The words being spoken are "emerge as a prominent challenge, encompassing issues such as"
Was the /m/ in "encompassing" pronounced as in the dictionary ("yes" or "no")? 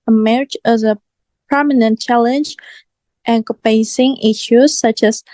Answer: no